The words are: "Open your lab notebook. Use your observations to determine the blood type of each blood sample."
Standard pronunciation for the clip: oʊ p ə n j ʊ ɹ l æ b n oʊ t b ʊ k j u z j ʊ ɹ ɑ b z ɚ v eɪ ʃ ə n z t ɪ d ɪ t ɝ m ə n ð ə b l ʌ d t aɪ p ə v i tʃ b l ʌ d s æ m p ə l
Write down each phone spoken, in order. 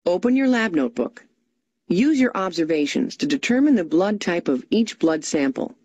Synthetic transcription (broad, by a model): oʊ p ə n j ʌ ɹ l æ b n oʊ t b ʊ k j u z j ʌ ɹ ɑ b z ɚ v eɪ ʃ ə n z t ɪ d ɪ t ɝ m ə n ð ə b l ʌ d t aɪ p ə v i tʃ b l ʌ d s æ m p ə l